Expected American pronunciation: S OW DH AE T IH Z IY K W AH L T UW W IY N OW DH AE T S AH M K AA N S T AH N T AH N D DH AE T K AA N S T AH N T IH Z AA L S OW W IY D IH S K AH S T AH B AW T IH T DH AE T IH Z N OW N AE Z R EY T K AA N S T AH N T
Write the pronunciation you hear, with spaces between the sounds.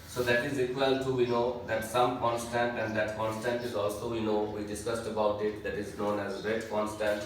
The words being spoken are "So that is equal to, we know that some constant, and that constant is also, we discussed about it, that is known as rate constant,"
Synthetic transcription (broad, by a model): S OW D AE T IH Z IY K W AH L T UW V IY N OW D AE T S AH M K AA N S T AH N T AH N D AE T K AA N S T AH N T IH Z AA L S OW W IY D IH S K AH S T AH B AW T IH T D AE T IH Z N OW N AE Z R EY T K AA N S T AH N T